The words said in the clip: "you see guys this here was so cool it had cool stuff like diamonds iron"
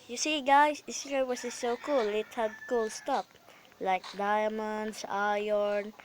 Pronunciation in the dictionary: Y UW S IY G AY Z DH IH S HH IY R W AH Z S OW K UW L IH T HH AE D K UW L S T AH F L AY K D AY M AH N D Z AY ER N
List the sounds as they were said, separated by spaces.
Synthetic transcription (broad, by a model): Y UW S IY G AY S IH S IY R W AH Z S OW K UW L IH T HH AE D K UW L S T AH P L AY K D AY M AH N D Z AY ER N